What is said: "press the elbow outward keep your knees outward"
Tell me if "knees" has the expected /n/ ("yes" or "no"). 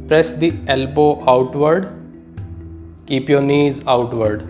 yes